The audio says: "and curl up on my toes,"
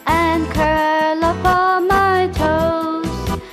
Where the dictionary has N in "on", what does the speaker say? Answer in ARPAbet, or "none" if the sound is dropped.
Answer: L